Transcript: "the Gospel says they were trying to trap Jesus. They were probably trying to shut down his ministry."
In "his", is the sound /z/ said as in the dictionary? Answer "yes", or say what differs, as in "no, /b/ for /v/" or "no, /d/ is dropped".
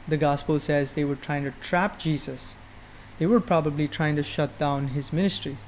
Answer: yes